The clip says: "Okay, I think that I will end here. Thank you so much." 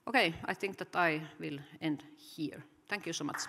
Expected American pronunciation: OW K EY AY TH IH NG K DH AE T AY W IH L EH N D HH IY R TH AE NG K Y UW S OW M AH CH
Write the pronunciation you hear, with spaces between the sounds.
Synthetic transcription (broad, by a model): OW K EY AY TH IH NG K DH AE T AY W IH L EH N D HH IY R T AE NG K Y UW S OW M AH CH